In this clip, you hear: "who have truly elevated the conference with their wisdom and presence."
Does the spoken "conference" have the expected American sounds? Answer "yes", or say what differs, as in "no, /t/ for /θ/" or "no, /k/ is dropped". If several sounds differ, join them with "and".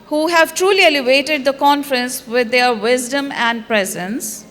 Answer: yes